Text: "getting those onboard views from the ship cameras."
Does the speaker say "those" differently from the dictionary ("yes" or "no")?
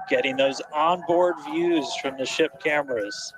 no